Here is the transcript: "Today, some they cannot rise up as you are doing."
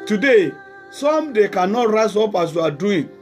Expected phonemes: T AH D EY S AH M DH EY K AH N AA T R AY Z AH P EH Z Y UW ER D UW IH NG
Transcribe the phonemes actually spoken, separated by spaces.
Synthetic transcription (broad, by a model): T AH D EY S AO M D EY K AH N AA T R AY S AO P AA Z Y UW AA D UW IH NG